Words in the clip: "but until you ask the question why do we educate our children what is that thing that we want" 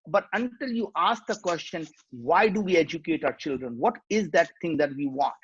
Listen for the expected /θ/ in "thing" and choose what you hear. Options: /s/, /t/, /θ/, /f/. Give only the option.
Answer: /t/